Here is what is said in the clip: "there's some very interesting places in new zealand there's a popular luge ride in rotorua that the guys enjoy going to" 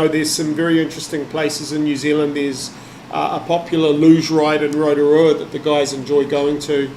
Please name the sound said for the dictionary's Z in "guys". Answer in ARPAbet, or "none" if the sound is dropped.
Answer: Z